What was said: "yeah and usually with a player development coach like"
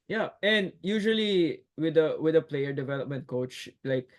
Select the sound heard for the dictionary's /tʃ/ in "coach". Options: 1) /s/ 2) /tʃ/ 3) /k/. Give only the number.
2